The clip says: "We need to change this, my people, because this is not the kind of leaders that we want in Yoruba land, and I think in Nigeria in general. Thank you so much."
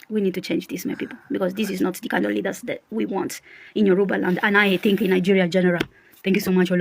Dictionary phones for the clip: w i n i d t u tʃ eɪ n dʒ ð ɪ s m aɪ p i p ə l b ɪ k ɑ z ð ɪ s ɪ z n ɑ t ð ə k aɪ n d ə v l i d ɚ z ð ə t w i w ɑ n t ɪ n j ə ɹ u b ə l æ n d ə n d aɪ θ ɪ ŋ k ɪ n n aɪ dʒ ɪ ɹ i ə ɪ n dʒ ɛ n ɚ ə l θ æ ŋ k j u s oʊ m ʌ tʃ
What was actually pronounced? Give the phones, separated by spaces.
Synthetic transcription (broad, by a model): w i n i d t u tʃ eɪ n dʒ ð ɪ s m aɪ p i p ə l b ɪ k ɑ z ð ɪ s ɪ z n ɑ t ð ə k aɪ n d ə v l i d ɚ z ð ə t w i w ɑ n t ɪ n j ə ɹ u b ə l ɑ n d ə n aɪ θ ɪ ŋ k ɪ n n aɪ dʒ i ɹ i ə dʒ ɛ n ɚ ə l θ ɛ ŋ k j u s oʊ m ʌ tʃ